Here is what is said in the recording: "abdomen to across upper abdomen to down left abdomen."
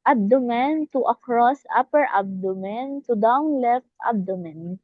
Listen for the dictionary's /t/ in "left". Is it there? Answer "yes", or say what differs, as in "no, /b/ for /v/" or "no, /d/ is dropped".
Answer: yes